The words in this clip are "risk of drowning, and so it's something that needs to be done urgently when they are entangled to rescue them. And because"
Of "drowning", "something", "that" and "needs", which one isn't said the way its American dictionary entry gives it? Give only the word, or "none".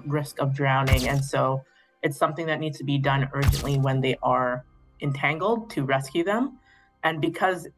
none